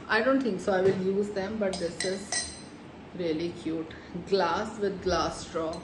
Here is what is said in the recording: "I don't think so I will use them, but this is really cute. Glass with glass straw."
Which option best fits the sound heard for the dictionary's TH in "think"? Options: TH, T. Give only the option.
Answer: T